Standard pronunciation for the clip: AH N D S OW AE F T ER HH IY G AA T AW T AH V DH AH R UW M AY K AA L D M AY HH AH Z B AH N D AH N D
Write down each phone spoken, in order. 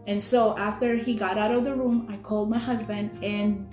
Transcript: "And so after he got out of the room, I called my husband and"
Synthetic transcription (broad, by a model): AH N S OW AE F T ER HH IY G AA T AW T AH V DH AH R UW M AY K AA L D M AY HH AH Z B AH N D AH N